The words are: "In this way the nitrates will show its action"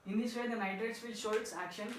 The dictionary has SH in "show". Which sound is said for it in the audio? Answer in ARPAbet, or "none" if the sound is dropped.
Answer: SH